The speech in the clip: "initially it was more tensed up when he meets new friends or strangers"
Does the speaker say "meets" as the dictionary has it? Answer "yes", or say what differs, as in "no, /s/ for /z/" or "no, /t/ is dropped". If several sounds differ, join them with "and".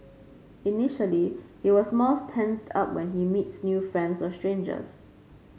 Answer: yes